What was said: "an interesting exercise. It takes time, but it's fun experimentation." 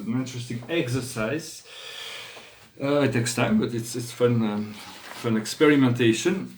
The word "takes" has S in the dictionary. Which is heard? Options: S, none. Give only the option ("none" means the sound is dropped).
S